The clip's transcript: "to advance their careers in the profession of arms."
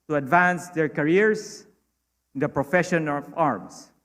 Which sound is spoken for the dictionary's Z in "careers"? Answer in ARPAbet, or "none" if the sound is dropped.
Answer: S